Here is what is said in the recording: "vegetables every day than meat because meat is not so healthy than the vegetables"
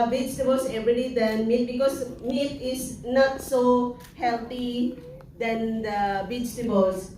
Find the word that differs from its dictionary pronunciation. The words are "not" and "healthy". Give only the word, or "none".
healthy